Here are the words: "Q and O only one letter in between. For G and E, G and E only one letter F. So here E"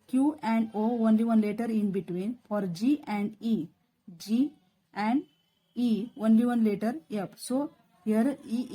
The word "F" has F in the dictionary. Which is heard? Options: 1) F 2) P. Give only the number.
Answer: 2